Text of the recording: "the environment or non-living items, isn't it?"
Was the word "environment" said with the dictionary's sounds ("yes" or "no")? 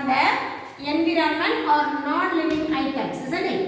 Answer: no